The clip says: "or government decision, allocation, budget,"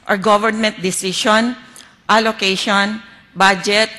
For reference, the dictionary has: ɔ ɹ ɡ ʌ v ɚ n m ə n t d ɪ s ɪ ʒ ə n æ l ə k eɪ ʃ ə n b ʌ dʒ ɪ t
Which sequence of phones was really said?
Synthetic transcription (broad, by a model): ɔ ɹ ɡ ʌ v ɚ n m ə n t d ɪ s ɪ ʃ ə n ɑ l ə k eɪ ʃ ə n b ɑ dʒ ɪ t